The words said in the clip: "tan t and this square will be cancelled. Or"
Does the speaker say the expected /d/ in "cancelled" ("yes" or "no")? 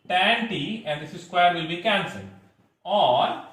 no